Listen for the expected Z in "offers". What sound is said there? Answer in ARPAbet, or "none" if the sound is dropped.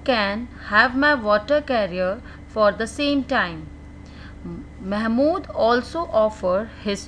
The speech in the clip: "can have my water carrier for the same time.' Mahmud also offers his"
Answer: none